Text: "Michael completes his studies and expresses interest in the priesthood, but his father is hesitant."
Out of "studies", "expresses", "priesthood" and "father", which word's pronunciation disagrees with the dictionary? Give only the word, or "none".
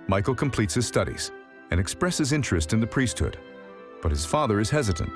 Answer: none